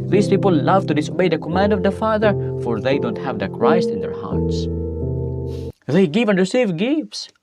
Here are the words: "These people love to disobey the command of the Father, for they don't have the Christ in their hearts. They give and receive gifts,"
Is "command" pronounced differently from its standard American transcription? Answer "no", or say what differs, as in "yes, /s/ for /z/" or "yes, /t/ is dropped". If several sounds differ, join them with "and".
no